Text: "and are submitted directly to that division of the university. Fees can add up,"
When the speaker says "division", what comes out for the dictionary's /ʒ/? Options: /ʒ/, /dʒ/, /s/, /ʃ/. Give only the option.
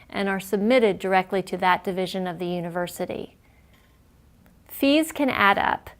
/ʒ/